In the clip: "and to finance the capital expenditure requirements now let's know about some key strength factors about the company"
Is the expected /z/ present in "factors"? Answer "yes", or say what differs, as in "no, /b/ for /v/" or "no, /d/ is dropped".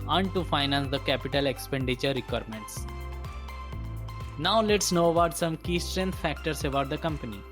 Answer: no, /s/ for /z/